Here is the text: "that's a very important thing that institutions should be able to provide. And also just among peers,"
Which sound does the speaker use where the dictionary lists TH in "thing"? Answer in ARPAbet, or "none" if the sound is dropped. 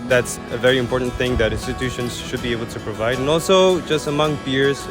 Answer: TH